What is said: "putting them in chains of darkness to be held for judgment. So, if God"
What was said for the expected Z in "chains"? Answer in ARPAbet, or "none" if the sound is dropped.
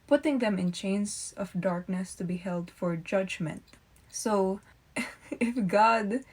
S